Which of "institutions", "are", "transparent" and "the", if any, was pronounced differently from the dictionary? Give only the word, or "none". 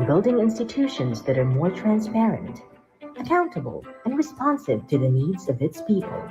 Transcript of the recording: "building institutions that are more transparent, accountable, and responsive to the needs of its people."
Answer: none